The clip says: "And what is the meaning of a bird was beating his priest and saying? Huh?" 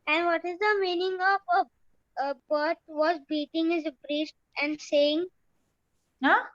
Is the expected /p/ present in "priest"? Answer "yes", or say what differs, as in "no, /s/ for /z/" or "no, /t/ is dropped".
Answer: no, /b/ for /p/